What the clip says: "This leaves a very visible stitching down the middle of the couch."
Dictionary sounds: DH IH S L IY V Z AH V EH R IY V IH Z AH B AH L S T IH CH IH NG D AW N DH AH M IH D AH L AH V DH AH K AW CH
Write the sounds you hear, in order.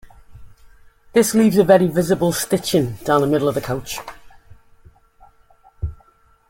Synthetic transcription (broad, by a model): DH IH S L IY V Z AH V EH R IY V IH Z AH B AH L S T IH CH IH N D AW N DH AH M IH D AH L AH V DH AH K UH CH